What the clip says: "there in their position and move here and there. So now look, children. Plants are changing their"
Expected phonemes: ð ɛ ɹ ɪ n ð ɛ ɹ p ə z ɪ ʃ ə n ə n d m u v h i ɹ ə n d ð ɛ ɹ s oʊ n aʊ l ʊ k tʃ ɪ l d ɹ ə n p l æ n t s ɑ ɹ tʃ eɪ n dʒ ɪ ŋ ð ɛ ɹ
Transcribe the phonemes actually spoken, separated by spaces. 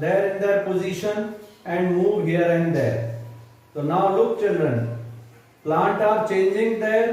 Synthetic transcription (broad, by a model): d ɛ ɹ ɪ n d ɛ ɹ p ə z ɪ ʃ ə n ə n d m u v h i ɹ ə n d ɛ ɹ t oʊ n aʊ l ʊ k tʃ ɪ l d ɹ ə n p l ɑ n t ɑ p tʃ eɪ n dʒ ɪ ŋ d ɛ ɹ